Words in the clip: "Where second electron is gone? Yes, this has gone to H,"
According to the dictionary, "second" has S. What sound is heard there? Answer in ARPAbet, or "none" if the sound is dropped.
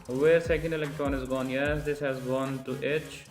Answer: S